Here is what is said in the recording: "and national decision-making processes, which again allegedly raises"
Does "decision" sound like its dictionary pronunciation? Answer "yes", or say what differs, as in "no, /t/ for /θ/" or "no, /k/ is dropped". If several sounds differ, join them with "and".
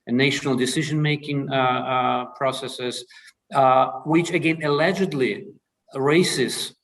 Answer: yes